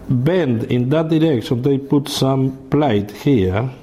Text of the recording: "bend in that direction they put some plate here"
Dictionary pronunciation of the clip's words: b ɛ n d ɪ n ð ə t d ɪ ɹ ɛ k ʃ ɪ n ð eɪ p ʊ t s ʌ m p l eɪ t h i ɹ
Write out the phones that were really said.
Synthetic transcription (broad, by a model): b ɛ n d ɪ n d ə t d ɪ ɹ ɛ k s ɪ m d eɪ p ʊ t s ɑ m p l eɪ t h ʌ ɹ